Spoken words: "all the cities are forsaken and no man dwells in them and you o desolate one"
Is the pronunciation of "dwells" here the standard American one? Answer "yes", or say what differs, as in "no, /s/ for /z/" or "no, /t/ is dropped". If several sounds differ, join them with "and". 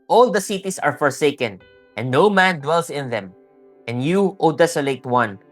no, /s/ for /z/